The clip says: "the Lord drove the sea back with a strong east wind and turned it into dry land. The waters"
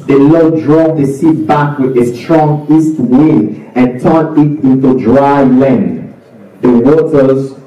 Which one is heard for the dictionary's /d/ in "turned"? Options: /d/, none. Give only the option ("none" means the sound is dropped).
none